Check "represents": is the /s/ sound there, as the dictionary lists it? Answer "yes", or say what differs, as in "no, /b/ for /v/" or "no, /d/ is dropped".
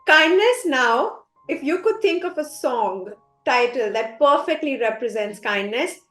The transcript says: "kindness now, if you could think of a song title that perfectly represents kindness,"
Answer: yes